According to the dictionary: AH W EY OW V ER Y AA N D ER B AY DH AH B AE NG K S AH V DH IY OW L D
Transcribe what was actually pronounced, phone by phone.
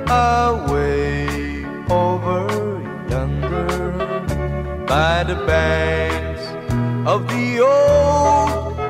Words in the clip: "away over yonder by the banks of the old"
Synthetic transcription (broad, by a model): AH W EY OW V ER Y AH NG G ER B AY DH AH B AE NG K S AH V DH IY OW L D